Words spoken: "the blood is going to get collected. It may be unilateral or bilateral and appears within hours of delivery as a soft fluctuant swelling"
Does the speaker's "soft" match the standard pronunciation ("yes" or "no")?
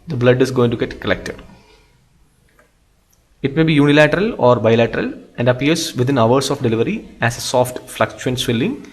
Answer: yes